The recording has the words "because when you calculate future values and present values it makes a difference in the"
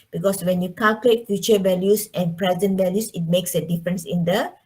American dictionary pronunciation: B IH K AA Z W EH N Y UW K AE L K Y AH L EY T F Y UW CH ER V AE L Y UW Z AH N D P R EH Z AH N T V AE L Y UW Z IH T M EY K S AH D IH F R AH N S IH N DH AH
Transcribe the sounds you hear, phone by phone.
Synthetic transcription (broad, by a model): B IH K AA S W EH N Y UW K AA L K Y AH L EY T F Y UW CH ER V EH L Y UW S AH N P R EH Z AH N T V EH L Y UW S IH T M EY K S AH D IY F R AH N S IH N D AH